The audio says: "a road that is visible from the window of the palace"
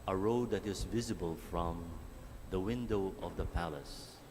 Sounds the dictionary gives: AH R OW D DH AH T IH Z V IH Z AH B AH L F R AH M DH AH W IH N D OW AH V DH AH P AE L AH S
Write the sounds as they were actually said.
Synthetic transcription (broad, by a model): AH R OW D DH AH T IH Z V IH Z AH B AH L F R AH M DH AH W IH N D OW AH V DH AH P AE L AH S